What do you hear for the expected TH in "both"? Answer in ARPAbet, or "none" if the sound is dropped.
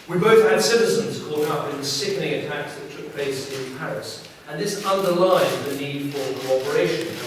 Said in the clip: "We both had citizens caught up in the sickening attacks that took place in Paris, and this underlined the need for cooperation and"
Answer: TH